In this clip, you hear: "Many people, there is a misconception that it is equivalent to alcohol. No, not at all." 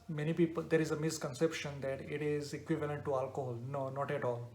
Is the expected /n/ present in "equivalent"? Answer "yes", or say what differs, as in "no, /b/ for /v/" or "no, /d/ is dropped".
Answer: yes